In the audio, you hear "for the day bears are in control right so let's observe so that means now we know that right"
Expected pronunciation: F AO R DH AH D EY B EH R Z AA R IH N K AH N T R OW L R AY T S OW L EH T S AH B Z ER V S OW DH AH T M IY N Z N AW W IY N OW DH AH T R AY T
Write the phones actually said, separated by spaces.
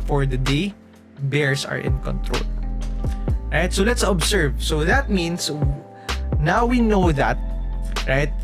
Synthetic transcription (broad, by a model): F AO R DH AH D EY B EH R S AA R IH N K AH N T R OW L R AY T S OW L EH T S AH B S ER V S OW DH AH T M IY N S N AW W IY N OW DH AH T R AY T